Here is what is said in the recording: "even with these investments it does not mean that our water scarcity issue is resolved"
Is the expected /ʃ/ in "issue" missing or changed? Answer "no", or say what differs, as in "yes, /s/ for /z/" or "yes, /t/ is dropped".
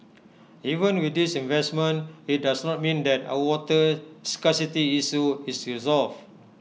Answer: yes, /s/ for /ʃ/